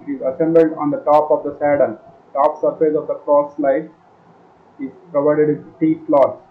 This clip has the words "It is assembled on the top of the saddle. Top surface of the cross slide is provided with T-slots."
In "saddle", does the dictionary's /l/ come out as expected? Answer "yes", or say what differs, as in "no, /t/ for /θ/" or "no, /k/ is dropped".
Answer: no, /n/ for /l/